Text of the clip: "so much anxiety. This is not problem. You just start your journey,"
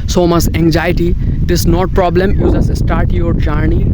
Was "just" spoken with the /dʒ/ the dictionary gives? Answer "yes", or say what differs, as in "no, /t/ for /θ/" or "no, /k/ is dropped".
no, /z/ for /dʒ/